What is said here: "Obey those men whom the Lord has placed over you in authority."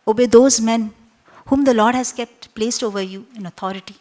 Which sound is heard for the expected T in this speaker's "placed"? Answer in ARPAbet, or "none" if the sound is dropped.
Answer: T